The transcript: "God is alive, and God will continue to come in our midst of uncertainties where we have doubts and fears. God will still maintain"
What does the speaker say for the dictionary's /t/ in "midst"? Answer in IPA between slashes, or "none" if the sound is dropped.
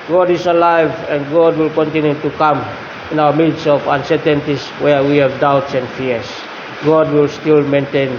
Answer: none